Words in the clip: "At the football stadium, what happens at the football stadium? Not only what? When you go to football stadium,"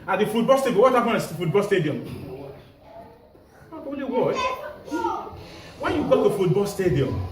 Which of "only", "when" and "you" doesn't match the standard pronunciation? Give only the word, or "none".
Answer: only